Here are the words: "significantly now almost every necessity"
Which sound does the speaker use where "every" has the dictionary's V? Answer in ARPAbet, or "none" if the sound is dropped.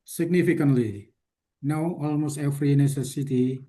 F